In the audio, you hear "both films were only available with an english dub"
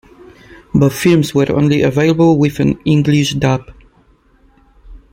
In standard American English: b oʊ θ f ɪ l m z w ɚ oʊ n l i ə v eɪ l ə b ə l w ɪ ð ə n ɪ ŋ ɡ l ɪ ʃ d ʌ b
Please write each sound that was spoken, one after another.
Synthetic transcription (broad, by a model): b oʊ t f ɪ l m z w ɚ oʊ n l i ə v eɪ l ə b ə l w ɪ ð ə n ɪ ŋ ɡ l ɪ ʃ d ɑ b